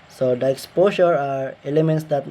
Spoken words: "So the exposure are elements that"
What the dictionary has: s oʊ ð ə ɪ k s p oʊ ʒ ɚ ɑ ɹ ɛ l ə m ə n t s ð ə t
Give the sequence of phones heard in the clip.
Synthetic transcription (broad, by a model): s oʊ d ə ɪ k s p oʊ s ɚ ɑ ɹ ɛ l ə m ə n t s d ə t